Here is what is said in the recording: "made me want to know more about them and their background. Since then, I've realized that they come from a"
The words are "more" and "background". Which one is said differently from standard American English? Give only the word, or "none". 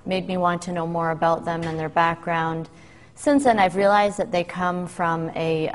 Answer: none